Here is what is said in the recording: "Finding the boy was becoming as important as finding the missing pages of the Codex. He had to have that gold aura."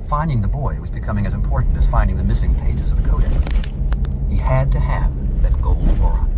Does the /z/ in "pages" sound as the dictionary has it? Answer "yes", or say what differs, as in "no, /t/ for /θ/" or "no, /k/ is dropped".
yes